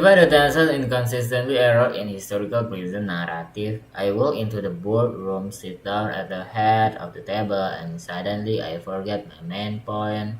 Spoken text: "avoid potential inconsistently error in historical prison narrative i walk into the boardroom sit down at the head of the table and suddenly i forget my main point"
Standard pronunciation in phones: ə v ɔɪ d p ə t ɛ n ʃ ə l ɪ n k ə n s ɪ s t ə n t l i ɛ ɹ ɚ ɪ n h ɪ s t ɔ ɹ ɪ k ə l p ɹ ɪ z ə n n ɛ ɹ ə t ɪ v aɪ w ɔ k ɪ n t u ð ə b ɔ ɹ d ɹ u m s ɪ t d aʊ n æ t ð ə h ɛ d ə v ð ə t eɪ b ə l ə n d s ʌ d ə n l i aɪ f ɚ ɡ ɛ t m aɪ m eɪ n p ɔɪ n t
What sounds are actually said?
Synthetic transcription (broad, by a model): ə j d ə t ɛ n s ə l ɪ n k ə n s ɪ s t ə n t l i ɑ ɹ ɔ ɪ n h ɪ s t ɔ ɹ ɪ k ə l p ɹ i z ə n n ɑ ɹ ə t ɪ f aɪ w ɔ k ɪ n t u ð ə b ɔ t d ɹ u m s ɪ t d aʊ n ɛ t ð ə h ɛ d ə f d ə t eɪ b ə l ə n s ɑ d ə n l i aɪ f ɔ ɡ ɛ t m aɪ m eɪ n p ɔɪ n